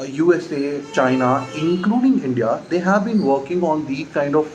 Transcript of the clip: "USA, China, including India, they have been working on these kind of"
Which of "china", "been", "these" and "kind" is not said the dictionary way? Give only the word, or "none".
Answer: these